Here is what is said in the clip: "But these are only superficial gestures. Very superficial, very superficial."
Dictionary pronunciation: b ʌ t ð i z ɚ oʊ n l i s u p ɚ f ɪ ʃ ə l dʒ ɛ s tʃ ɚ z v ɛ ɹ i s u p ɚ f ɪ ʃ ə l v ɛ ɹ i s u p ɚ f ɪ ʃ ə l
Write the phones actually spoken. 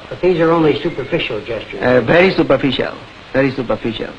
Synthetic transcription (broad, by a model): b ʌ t ð i z ɚ oʊ n l i s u p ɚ f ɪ ʃ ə l dʒ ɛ s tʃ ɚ v ɛ ɹ i s u p ɚ f ɪ ʃ ə l v ɛ ɹ i s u p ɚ f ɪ ʃ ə l